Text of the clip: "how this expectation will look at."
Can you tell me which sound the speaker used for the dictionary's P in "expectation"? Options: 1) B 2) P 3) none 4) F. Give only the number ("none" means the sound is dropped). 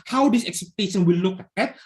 3